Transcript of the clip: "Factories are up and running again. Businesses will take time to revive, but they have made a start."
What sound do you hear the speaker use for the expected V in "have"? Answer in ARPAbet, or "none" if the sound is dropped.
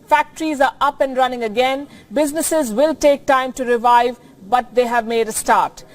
V